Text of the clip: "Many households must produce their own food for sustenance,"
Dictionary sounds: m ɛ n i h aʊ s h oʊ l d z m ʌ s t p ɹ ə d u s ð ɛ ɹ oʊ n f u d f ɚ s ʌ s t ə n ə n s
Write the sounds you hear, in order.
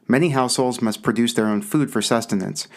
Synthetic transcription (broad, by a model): m ɛ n i h aʊ s h oʊ l d z m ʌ s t p ɹ ə d u s ð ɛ ɹ oʊ n f u d f ɚ s ʌ s t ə n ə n s